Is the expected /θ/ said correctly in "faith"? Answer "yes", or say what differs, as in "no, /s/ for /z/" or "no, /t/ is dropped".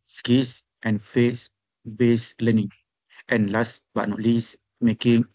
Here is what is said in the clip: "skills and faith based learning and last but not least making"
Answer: no, /s/ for /θ/